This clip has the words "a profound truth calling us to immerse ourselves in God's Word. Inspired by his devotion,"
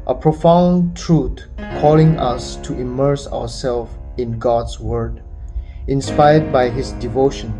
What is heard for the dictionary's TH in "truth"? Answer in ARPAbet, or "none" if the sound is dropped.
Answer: T